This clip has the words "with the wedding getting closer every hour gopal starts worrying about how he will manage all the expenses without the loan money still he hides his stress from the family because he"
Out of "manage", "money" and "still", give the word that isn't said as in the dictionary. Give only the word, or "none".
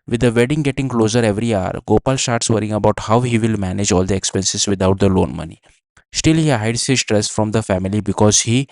none